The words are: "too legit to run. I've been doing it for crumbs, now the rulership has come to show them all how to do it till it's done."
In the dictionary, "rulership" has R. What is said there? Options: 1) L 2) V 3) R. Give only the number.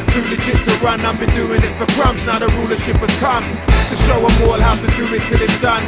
3